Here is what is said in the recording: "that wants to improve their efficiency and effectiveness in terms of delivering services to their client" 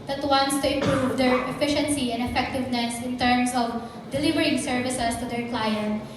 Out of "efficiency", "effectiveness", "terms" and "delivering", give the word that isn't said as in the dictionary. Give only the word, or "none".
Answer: terms